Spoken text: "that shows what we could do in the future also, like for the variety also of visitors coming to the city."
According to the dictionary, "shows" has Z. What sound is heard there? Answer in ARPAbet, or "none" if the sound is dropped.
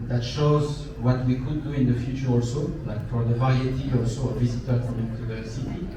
Z